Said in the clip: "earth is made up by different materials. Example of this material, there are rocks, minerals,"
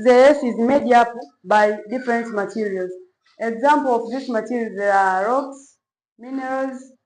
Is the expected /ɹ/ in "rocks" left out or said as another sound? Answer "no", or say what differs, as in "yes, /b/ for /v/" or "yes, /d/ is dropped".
no